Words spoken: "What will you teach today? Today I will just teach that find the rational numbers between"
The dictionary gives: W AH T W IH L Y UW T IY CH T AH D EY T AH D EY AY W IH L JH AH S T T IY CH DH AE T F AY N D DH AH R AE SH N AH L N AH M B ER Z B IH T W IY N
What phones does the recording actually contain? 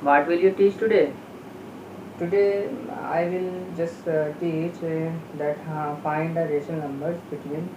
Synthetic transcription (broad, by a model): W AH T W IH L Y UW T IY CH T AH D EY T AH D EY AY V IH L JH AH S T T IY CH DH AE T F AY N D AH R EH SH AH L N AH M B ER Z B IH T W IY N